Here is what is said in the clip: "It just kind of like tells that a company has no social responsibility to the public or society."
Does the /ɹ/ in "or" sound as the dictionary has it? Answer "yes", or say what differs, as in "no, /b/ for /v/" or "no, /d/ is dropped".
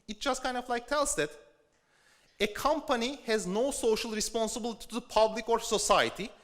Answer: yes